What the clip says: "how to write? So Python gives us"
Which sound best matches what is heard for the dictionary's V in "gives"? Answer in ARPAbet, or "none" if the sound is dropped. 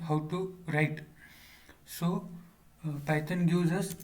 none